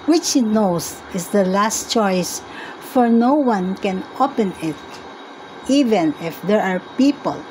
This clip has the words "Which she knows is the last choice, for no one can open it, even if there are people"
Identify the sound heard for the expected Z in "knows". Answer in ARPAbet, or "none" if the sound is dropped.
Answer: S